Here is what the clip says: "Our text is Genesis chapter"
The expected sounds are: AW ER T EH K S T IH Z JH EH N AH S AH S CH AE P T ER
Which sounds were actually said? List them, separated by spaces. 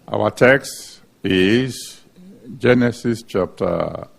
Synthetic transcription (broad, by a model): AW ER T EH K S T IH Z JH EH N AH S AH S CH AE P T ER